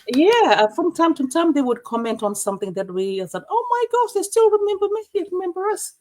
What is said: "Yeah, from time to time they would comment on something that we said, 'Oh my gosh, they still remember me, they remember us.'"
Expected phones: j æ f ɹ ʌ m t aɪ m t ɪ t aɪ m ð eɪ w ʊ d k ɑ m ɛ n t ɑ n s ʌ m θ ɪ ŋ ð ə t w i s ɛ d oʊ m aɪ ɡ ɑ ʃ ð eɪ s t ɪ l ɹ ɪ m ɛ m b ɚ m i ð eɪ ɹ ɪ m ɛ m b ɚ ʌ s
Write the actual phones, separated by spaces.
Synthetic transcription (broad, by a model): j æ f ɹ ʌ m t aɪ m t ɪ t aɪ m ð eɪ w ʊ d k ɑ m ɛ n t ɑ n s ʌ m θ ɪ ŋ ð ə t w i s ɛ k oʊ m aɪ ɡ ɑ ʃ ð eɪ s t ɪ l ɹ ɪ m ɛ m b ɚ m i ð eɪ ɹ ɪ m ɛ m b ɚ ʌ s